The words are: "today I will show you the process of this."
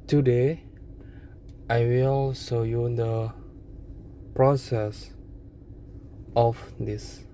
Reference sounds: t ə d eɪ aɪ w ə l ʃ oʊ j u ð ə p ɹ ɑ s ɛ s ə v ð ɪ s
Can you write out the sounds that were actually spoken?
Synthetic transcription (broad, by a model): t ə d eɪ aɪ w ə l s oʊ j u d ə p ɹ ɑ s ɛ s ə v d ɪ s